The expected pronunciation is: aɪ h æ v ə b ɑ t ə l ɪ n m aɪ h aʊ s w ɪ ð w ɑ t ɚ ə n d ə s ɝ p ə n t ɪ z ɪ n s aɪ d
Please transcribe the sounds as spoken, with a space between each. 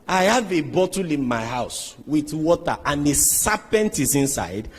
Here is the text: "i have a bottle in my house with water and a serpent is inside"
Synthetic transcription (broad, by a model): aɪ h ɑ v ə b ɑ t ə l ɪ n m aɪ h aʊ s w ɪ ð w ɑ t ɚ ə n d ə s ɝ p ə n t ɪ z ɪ n s aɪ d